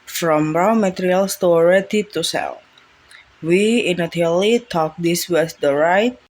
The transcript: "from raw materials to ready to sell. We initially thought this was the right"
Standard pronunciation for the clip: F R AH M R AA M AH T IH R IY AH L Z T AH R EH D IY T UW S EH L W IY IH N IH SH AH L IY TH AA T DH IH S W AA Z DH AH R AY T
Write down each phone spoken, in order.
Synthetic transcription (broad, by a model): F R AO M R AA M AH T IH R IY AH L S T AH R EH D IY T UW S EH L W IY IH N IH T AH L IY T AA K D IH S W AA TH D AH R AY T